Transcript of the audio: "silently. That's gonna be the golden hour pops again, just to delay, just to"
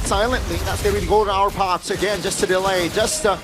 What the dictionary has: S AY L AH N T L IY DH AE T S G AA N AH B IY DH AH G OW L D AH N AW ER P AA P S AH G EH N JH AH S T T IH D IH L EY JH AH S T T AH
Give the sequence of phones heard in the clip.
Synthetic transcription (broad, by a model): S AY L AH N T L IY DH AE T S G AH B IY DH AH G OW L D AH UH ER P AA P S AH G EH N JH AH S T T IH D IH L EY JH AH S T T